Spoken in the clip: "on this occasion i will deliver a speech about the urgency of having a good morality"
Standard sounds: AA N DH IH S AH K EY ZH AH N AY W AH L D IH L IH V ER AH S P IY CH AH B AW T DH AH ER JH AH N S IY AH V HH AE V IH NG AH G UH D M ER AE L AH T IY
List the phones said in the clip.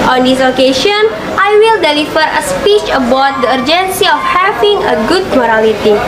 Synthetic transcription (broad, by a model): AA N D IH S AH K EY SH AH N AY W AH L D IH L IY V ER AH S P IY CH AH B AW T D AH ER JH AH N S IY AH F HH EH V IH NG AH G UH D M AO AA L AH T IY